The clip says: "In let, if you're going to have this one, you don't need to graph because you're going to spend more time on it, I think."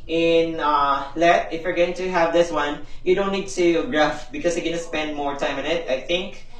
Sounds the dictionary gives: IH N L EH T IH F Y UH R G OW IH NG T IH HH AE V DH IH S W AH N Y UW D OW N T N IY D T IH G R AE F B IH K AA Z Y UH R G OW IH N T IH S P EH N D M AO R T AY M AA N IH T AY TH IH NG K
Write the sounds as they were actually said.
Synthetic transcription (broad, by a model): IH N L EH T IH F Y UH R G OW IH NG T IH HH AE V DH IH S W AH N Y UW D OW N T N IY D T IH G R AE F B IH K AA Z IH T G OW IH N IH S P EH N D M AO R T AY M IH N IH T AY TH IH NG K